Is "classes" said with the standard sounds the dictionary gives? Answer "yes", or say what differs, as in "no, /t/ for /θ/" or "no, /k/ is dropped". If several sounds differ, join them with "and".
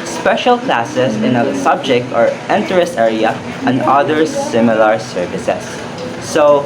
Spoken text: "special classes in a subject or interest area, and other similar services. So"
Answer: no, /s/ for /z/